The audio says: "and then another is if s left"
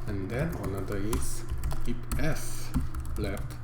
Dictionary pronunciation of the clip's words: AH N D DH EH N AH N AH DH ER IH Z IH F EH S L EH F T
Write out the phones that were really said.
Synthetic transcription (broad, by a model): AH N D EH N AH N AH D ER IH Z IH P EH S L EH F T